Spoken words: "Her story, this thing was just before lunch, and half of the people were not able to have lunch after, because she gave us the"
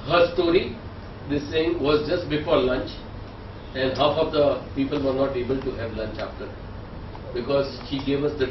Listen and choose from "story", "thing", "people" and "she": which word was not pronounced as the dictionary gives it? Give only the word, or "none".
thing